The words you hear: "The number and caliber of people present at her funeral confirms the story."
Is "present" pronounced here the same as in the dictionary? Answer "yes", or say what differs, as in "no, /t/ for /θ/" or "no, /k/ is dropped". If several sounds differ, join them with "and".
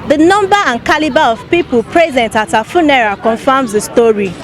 yes